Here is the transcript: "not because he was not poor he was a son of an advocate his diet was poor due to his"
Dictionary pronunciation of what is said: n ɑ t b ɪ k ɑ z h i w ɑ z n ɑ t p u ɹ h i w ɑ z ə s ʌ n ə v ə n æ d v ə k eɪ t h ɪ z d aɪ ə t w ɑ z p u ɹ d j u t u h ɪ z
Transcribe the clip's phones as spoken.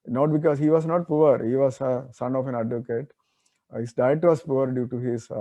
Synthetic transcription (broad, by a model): n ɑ t b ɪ k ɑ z h i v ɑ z n ɑ t p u ɹ h i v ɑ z ə s ʌ n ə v ə n æ d v ə k eɪ t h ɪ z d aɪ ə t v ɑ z p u ɹ d j u t u h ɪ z